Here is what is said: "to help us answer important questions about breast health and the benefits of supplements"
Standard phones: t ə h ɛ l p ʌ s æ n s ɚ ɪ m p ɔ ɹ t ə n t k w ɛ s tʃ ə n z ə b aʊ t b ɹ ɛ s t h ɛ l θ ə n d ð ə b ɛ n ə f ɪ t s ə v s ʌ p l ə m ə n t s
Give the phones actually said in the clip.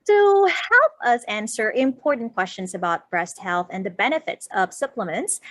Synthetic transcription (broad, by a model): t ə h ɛ l p ʌ s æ n s ɚ ɪ m p ɔ ɹ t n k w ɛ s tʃ ə n z ə b aʊ t b ɹ ɛ s t h ɛ l θ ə n ð ə b ɛ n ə f ɪ t s ə v s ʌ p l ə m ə n t s